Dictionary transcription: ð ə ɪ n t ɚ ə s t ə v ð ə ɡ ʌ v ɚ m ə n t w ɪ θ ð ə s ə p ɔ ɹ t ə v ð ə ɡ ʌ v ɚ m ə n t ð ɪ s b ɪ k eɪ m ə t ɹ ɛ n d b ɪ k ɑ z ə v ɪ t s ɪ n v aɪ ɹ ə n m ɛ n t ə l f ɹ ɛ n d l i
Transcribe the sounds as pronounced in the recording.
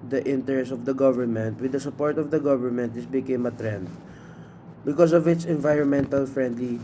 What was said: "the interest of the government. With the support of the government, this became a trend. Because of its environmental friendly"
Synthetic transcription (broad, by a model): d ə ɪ n t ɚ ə s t ə v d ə ɡ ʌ v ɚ m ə n t w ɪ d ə s ə p ɔ ɹ t ə v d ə ɡ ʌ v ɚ m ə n t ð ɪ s b ɪ k eɪ m ə t ɹ ɛ n d b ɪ k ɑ s ə v ɪ t s ɪ n v aɪ ɹ ə n m ɛ n t ə l f ɹ ɛ n d l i